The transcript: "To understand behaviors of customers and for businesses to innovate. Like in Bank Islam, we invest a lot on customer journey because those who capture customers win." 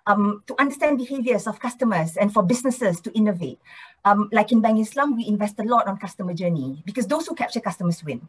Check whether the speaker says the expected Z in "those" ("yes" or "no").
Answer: no